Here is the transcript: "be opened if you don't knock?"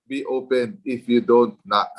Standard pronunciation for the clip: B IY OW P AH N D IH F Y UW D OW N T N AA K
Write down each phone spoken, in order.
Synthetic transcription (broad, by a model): B IY OW P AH N IH F Y UW D OW N T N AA